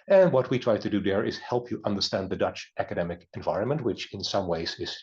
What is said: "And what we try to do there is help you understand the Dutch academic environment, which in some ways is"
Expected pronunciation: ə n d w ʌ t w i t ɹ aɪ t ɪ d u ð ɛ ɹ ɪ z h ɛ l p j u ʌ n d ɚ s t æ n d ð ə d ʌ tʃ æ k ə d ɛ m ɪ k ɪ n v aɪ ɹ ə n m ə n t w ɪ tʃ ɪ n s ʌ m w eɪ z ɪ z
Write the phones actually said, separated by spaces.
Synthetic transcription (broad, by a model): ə n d w ʌ t w i t ɹ aɪ t ɪ d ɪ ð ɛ ɹ ɪ z h ɛ l p j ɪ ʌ n d ɚ s t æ n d ð ə d ʌ tʃ æ k ə d ɛ m ɪ k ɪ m v aɪ ɹ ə n m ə n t w ɪ tʃ ɪ n s ʌ m w eɪ z ɪ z